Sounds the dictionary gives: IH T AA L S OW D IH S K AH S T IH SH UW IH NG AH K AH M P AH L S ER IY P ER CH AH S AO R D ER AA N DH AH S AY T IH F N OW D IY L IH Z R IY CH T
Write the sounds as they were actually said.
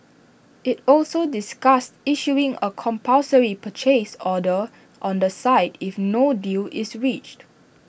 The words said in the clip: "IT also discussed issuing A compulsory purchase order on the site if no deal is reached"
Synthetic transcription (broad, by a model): IH T AA L S OW D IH S K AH S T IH SH UW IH NG AH K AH M P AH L S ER IY P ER CH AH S AO D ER AA N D AH S AY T IH F N OW D IY L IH S R IY CH T